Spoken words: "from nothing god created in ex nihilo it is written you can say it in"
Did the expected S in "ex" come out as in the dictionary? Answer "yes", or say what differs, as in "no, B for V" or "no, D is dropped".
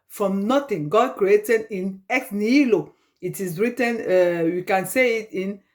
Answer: no, S is dropped